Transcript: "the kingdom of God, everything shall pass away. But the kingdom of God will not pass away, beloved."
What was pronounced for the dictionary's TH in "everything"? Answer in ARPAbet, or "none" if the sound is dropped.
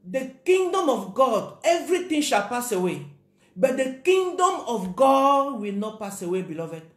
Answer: T